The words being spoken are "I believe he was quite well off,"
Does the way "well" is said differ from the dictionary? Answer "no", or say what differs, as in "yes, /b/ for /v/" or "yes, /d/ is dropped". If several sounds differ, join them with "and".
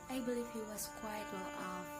yes, /n/ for /l/